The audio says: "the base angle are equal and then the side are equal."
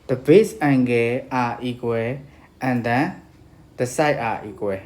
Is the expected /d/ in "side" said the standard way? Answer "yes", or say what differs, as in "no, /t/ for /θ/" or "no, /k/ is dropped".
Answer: no, /d/ is dropped